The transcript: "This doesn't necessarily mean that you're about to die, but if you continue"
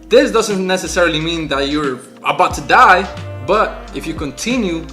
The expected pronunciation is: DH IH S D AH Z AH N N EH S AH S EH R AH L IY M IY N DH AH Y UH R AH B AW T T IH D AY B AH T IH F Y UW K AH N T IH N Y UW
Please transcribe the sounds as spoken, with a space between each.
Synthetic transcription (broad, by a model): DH IH S D AH Z AH N N EH S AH S EH R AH L IY M IY N DH AH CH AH R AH B AW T T IH D AY B AH T IH F Y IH K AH N T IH N Y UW